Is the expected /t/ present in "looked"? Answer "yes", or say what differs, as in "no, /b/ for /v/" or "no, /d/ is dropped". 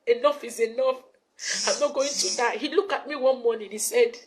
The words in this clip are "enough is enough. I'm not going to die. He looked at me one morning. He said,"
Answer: no, /t/ is dropped